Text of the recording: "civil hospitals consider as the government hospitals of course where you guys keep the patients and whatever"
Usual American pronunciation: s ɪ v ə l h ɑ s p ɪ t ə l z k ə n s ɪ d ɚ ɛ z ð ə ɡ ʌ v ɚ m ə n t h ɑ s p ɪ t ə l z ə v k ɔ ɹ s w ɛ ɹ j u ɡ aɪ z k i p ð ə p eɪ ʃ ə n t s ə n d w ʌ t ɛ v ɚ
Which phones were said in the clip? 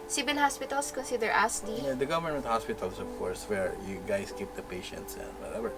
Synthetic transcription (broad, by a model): s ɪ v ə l h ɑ s p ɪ t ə l s k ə n s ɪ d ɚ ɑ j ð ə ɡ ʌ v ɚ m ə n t h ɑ s p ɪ t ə l s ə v k ɔ ɹ s w ɛ ɹ j u ɡ aɪ s k i p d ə p eɪ ʃ ə n t s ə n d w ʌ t ɛ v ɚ